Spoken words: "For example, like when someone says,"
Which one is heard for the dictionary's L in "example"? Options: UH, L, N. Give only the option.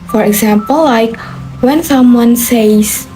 L